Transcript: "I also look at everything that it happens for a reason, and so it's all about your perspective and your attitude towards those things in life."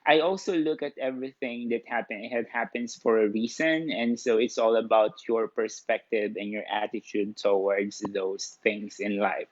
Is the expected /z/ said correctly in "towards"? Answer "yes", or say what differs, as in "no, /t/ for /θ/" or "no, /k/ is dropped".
no, /s/ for /z/